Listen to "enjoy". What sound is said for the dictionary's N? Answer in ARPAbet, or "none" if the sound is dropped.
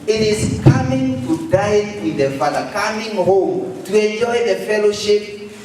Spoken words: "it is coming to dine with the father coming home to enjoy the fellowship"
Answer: N